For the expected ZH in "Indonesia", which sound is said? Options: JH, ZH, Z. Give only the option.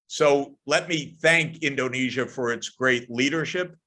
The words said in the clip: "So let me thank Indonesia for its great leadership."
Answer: ZH